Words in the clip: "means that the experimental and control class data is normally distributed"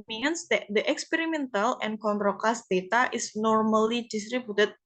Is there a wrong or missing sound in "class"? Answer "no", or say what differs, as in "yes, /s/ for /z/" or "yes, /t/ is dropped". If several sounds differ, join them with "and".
yes, /l/ is dropped